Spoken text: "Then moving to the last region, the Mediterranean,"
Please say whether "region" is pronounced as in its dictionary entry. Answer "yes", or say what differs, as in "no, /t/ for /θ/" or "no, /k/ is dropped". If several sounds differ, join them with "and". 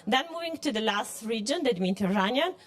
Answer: yes